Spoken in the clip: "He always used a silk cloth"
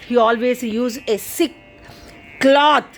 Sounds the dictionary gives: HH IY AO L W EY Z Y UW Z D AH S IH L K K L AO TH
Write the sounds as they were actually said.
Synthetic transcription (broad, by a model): HH IY AO L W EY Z Y UW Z AH S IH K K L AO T